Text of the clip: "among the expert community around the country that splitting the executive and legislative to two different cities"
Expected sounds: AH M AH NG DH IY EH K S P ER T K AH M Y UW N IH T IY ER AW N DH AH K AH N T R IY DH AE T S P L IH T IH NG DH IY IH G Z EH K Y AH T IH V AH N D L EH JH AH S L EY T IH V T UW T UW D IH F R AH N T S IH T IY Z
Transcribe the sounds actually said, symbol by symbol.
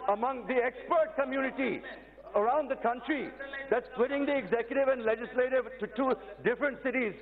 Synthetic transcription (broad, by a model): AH M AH NG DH IY EH K S P ER T K AH M Y UW N IH T IY ER AW N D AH K AH N T R IY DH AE T S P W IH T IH NG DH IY IH G Z EH K Y AH T IH V AH N D L EH JH AH S L EY T IH V T UW T UW D IH F R AH N T S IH T IY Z